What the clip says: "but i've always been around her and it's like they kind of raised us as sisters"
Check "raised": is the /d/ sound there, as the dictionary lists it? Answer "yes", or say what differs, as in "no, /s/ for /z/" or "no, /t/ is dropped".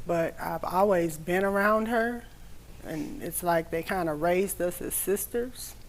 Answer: yes